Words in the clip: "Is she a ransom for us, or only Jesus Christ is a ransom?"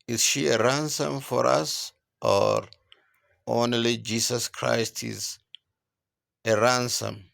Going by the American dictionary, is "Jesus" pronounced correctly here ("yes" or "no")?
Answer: no